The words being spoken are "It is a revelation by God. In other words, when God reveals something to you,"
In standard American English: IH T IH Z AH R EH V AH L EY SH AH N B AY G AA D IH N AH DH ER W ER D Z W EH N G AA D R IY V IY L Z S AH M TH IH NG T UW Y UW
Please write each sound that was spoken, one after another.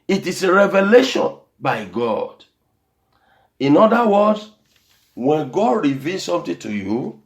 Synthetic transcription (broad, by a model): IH T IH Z AH R EH V AH L EY SH AH N B AY G AA D IH N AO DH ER W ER D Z W EH N G AA D R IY V IY L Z S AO M T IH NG T UW Y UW